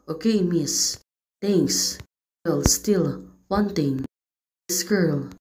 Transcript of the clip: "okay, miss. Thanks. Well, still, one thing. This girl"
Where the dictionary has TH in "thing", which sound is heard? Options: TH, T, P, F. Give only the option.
T